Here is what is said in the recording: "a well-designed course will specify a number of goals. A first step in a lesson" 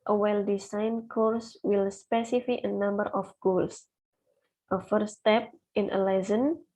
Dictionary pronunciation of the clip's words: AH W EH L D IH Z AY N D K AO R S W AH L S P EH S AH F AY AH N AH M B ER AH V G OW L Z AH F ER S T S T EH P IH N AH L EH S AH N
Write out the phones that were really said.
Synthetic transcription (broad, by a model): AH W EH L D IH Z AY N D K AO R S W AH L S P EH S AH F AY AH N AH M B ER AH F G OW L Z AH F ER T S T EH P IH N AH L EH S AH N